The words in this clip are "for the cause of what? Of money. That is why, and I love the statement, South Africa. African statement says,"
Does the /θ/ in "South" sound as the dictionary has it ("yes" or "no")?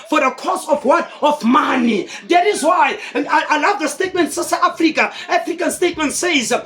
no